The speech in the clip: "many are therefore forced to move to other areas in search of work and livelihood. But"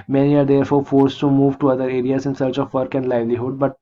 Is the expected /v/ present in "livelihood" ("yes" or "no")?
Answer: yes